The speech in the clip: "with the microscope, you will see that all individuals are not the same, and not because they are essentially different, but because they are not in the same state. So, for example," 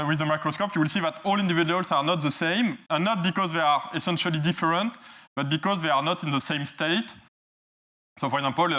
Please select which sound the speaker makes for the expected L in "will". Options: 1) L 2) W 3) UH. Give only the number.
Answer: 1